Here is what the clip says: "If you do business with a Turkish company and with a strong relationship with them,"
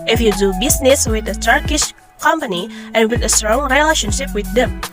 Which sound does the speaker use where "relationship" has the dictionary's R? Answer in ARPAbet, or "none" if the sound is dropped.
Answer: R